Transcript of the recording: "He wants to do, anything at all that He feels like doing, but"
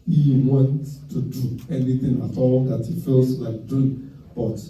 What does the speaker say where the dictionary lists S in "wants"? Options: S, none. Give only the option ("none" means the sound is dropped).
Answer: none